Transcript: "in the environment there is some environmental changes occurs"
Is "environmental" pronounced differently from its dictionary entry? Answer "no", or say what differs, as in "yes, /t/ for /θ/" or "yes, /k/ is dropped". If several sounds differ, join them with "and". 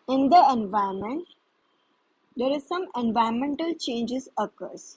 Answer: yes, /ɹ/ is dropped